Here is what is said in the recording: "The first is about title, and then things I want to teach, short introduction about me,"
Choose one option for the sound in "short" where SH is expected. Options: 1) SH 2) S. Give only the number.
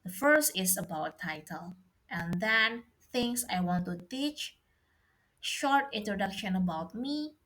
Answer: 1